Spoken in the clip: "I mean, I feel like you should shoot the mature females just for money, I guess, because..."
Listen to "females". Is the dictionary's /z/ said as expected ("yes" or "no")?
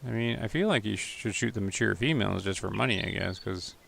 yes